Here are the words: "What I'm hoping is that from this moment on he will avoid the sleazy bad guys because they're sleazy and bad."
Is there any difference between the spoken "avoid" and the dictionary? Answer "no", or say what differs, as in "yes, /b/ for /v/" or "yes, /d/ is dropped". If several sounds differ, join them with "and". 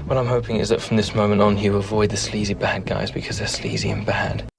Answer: no